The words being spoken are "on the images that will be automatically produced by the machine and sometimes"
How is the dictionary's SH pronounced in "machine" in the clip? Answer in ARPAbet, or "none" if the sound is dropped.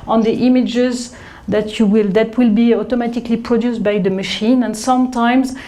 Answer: SH